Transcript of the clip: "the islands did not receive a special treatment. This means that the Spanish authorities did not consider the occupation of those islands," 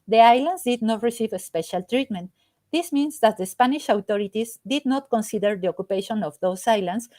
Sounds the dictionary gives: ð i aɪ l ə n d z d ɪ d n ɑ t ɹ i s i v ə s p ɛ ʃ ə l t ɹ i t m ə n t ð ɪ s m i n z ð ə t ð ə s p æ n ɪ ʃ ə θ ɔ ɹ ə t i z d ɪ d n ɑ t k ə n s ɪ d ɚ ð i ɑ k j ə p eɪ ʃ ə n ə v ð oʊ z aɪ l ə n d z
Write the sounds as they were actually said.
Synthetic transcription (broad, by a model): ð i aɪ l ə n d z d ɪ d n ɑ t ɹ i s i v ə s p ɛ ʃ ə l t ɹ i t m ə n t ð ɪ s m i n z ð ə t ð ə s p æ n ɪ ʃ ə t ɔ ɹ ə t i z d ɪ d n ɑ t k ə n s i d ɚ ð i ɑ k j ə p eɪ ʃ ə n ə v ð oʊ s aɪ l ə n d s